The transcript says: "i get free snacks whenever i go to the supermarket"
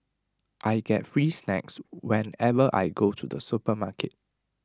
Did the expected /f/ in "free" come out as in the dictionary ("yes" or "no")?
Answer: yes